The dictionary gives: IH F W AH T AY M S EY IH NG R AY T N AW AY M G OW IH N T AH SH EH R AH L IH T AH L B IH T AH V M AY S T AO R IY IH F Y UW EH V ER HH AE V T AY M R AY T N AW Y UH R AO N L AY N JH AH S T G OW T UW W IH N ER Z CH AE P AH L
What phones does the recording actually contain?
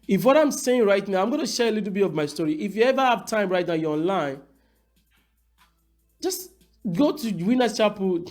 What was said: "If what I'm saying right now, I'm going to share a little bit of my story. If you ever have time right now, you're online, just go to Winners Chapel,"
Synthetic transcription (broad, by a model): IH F W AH T AY M S EY IH NG R AY T N AW AY M G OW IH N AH SH EH R AH L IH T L B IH T AH V M AY S T AO R IY IH F Y UW EH V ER HH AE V T AY M R AY T N AW Y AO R AO N L AY N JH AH S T G OW T UW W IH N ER CH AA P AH